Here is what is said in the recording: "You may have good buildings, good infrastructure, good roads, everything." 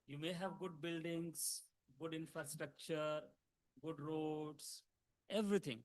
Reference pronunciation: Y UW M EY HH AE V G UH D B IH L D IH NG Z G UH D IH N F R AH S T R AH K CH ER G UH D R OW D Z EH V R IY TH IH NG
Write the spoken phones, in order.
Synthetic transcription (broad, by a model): Y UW M EY HH AE V G UH D B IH L D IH NG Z G UH D IH N F R AH S T R AH K CH ER G UH D R OW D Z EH V R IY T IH NG